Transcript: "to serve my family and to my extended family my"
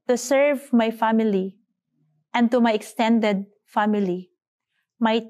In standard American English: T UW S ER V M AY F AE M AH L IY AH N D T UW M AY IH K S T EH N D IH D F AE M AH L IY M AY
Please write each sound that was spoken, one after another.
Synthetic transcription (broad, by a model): T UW S ER V M AY F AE M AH L IY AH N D T UW M AY IH K S T EH N D IH D F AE M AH L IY M AY